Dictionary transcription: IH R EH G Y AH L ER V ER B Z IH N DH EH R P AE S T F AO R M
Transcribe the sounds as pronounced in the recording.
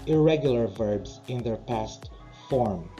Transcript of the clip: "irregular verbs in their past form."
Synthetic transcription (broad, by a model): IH R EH G Y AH L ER V ER B Z IH N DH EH R P AE S T F AO R M